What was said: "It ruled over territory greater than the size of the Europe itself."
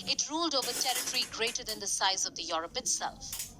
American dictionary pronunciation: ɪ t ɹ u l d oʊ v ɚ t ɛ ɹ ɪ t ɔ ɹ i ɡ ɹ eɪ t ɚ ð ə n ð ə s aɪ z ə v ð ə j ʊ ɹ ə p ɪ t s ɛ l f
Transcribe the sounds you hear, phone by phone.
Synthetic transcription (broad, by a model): ɪ t ɹ u l d oʊ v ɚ t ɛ ɹ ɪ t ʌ ɹ i ɡ ɹ eɪ t ɚ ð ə n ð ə s aɪ z ə v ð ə j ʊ ɹ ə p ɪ t s ɛ l f